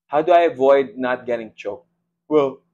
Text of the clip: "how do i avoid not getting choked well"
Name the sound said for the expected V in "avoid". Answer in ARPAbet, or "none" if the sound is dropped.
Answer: V